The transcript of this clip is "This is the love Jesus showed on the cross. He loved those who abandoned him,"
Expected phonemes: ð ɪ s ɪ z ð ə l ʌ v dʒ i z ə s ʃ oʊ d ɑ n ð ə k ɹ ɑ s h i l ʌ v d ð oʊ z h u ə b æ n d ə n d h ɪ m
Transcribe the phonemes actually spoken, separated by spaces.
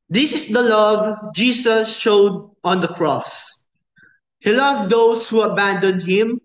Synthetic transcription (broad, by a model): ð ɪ s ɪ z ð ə l ʌ v dʒ i s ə s ʃ oʊ d ɑ n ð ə k ɹ ɑ s h i l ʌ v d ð oʊ s h u ə b æ n d ə n d h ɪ m